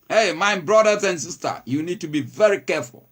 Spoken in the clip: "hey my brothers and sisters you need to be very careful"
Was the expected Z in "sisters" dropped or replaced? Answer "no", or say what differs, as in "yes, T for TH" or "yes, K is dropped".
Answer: yes, Z is dropped